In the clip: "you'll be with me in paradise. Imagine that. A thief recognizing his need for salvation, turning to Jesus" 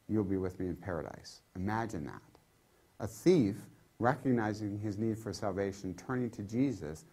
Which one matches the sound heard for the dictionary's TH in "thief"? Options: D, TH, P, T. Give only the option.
TH